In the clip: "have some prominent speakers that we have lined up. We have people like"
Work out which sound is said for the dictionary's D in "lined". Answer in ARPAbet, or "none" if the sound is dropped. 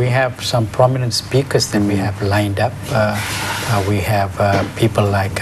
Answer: D